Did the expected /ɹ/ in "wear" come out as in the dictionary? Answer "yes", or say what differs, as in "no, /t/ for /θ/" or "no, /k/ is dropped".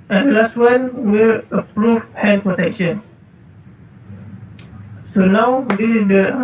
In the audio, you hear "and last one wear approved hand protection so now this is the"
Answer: no, /l/ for /ɹ/